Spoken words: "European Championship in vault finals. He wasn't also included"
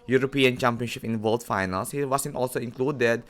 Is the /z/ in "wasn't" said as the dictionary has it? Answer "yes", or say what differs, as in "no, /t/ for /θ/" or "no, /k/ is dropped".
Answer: no, /s/ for /z/